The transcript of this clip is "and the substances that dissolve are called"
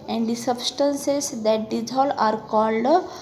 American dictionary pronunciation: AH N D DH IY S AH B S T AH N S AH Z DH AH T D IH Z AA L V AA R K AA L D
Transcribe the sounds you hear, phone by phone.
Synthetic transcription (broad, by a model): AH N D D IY S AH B S T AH N S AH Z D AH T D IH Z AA L AA R K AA L D